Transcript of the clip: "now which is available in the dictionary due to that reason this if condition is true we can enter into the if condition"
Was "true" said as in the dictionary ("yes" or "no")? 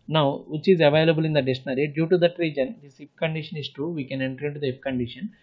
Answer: no